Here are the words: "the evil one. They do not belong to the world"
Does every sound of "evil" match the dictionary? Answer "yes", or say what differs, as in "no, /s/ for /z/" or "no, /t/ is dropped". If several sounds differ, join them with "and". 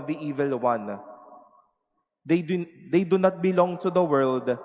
yes